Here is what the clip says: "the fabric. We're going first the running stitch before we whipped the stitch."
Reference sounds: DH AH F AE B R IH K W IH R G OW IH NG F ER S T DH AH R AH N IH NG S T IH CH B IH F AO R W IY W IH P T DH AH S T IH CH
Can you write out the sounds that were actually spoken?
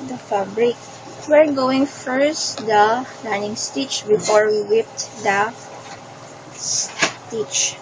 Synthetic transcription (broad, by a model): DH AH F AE B R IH K W IH R G OW IH NG F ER S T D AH L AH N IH NG S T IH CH B IH F AO R W IY W IH P T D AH S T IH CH